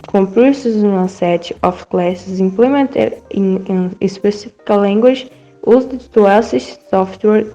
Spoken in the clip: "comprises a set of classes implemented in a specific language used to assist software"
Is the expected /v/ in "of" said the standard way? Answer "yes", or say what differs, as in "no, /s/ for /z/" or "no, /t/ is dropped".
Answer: no, /f/ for /v/